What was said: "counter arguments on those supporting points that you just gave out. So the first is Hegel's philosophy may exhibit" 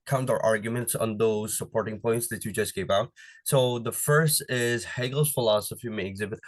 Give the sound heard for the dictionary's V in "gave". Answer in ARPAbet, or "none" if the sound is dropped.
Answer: P